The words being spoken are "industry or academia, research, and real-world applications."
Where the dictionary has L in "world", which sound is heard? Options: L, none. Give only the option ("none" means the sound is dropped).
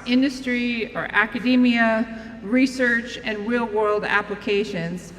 L